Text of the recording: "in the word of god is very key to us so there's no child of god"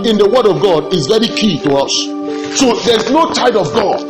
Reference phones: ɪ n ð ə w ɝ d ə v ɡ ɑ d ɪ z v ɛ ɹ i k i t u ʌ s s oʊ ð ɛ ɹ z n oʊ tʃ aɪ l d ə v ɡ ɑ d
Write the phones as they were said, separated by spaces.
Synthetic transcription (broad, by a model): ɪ n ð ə w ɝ d ə v ɡ ɑ d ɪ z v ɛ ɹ i k i t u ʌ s s oʊ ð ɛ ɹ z n oʊ tʃ aɪ d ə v ɡ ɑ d